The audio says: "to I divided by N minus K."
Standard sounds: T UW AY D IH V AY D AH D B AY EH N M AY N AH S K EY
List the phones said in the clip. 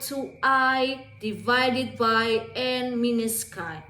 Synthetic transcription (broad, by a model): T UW AY D IH V AY D AH D B AY EH N M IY N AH S K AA